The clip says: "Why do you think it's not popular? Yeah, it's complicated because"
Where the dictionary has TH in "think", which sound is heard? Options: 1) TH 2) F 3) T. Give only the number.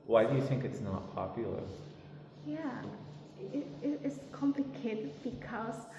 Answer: 1